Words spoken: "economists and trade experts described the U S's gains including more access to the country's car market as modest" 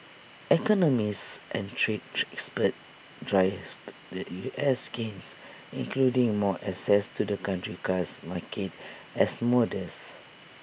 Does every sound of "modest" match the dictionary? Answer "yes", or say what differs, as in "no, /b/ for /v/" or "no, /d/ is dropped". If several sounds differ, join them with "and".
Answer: no, /t/ is dropped